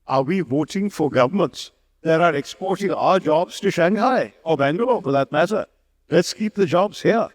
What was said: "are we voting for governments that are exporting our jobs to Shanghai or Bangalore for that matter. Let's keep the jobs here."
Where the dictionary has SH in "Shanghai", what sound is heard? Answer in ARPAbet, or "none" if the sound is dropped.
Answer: SH